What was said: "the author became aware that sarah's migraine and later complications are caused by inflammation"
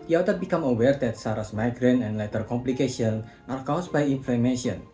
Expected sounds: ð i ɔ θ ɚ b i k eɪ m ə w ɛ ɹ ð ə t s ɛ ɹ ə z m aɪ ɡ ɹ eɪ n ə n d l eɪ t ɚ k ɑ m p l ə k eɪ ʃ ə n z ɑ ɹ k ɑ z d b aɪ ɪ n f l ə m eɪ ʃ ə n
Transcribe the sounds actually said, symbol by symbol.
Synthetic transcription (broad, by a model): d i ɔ t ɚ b i k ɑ m ə w ɛ ɹ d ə t s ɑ ɹ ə s m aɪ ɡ ɹ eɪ n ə n l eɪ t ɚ k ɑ m p l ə k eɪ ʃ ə n ɑ ɹ k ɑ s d b aɪ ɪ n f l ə m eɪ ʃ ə n